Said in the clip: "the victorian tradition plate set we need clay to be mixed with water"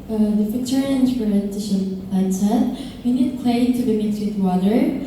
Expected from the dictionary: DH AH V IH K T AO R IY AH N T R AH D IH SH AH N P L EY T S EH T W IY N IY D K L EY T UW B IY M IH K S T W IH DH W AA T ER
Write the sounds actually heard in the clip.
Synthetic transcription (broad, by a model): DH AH F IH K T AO R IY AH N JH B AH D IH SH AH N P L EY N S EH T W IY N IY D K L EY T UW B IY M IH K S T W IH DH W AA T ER